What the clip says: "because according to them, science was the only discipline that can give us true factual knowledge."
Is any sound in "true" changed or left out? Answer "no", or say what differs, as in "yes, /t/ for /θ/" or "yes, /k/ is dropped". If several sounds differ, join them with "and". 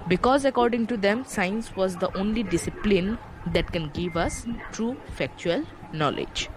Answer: no